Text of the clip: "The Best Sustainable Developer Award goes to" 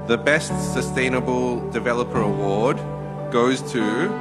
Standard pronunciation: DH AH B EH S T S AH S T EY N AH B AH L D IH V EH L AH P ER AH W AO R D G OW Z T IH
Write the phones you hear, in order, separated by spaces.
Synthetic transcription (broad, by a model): DH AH B EH S T S AH S T EY N AH B AH L D IH V EH L AH P ER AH W AO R D G OW Z T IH